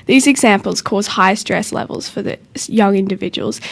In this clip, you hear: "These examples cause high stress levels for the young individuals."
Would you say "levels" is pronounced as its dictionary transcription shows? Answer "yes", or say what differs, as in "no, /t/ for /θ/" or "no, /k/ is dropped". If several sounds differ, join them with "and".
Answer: yes